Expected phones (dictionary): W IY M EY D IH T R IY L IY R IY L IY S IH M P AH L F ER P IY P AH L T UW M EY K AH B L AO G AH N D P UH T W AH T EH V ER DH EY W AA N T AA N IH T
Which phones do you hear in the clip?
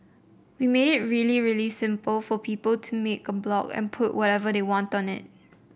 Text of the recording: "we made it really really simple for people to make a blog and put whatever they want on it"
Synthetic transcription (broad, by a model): W IY M EY D IH T R IY L IY R IY L IY S IH M P AH L F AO P IY P AH L T UW M EY K AH B L AO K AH N P UH T W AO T EH V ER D EY W AA N T AA N IH T